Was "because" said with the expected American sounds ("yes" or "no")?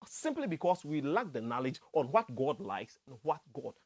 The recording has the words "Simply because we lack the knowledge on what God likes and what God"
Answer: no